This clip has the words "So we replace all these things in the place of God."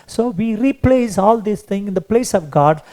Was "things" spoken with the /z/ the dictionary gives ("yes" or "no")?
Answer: no